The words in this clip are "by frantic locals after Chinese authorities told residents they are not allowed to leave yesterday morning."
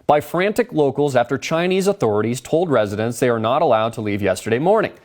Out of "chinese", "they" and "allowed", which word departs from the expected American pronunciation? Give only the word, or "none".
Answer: none